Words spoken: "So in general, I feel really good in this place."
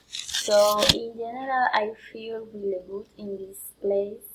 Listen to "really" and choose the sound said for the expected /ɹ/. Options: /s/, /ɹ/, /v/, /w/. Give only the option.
/w/